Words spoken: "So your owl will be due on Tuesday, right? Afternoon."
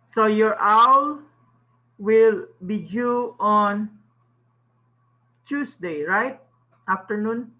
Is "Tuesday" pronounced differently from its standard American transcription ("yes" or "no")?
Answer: yes